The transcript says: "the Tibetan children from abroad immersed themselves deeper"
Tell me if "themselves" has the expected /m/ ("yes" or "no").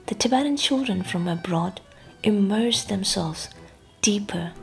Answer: yes